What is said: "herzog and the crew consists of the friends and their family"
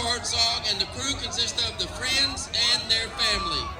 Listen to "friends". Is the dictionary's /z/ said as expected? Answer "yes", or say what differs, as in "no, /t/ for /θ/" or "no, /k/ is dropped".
yes